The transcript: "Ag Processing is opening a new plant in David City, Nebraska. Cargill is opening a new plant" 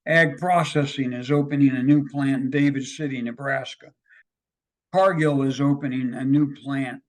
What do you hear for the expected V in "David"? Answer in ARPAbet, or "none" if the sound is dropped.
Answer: V